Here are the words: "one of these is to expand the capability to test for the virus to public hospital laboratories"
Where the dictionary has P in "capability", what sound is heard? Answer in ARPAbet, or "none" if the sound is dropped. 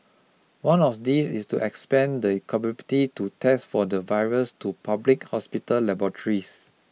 B